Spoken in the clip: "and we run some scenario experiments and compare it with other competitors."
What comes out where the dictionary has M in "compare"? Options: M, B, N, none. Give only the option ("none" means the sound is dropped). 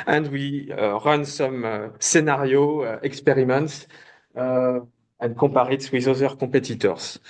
none